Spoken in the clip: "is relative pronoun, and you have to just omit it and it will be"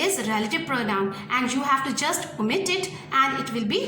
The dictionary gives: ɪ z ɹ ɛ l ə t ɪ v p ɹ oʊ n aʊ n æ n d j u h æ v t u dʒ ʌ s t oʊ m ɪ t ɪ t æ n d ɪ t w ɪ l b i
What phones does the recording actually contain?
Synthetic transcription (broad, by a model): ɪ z ɹ ɛ l ə t ɪ v p ɹ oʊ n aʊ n æ n d j u h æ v t u dʒ ʌ s t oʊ m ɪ t ɪ t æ n d ɪ t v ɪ l b i